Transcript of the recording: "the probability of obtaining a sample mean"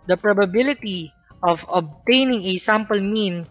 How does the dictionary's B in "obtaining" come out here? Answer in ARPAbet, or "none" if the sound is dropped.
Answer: B